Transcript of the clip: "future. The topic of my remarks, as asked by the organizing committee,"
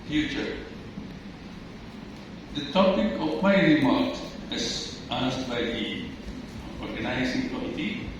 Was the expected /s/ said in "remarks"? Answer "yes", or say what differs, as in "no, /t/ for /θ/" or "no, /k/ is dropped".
no, /s/ is dropped